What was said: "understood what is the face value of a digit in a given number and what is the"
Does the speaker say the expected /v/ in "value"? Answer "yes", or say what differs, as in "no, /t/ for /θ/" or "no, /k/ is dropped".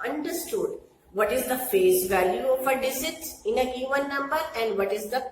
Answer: yes